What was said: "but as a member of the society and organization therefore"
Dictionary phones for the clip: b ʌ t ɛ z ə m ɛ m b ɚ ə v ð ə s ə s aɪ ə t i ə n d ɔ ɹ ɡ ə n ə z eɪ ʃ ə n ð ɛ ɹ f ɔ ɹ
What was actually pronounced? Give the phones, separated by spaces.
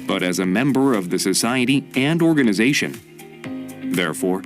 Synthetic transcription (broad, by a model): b ʌ t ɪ z ə m ɛ m b ɚ ə v ð ə s ə s aɪ ə t i ə n d ɔ ɹ ɡ ə n ə z eɪ ʃ ə n ð ɛ ɹ f ɔ ɹ